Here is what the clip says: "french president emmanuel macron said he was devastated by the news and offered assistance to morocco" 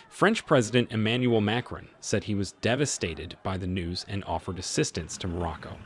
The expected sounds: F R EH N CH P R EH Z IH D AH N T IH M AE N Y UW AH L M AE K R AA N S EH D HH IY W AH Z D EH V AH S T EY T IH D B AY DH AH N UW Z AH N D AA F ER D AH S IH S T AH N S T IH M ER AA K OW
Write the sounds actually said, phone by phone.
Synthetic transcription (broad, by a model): F R EH N CH P R EH Z IH D AH N T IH M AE N Y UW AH L M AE K R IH N S EH D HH IY W AH Z D EH V AH S T EY T IH D B AY DH AH N UW Z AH N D AA F ER D AH S IH S T AH N S T IH M ER AA K OW